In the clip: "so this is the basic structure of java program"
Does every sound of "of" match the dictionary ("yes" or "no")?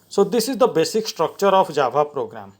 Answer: no